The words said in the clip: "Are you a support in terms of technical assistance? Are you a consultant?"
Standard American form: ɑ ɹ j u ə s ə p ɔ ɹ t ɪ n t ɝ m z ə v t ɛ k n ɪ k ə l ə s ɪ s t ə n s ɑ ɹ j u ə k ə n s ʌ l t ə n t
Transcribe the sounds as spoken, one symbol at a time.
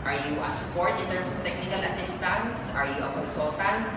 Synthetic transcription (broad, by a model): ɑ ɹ j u ə s ə p ɔ ɹ t ɪ n t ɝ m s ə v t ɛ k n ɪ k ə l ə s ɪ s t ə n s ɑ ɹ j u ə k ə n s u l t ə n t